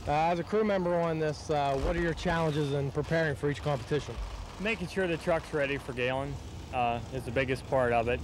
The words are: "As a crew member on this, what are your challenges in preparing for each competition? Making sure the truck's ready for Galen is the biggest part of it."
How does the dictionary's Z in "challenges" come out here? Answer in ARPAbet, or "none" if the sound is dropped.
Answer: Z